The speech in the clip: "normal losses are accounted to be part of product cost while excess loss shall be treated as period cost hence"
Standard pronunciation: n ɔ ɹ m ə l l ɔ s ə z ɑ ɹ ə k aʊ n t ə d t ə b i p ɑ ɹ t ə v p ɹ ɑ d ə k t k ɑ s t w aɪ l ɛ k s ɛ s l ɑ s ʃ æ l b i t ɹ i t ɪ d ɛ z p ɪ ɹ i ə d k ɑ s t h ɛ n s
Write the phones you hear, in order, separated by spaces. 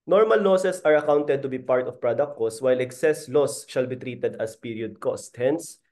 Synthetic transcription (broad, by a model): n ɔ ɹ m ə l l ɔ s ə s ɑ ɹ ə k aʊ n t ə d t ə b i p ɑ ɹ t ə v p ɹ ɑ d ə k t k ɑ s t w aɪ l ɛ k s ɛ s l ɑ s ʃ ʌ l b i t ɹ i t ɪ d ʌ s p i ɹ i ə d k ɑ s t h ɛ n s